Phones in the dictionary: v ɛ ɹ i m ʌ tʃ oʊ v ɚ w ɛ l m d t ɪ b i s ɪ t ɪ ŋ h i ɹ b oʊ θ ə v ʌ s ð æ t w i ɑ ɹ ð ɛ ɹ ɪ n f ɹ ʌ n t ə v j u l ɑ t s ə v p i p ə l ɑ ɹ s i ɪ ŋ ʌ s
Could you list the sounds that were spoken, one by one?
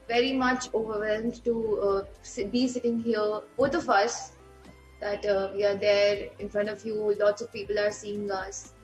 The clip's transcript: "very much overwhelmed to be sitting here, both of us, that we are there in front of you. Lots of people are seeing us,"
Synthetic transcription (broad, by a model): v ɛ ɹ i m ʌ tʃ oʊ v ɚ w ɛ l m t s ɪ b i s ɪ t ɪ ŋ h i ɹ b oʊ t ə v ʌ s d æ t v i ɑ ɹ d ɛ ɹ ɪ n f ɹ ʌ n t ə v j u l ɑ t s ə v p i p ə l ɑ ɹ s i ɪ ŋ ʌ s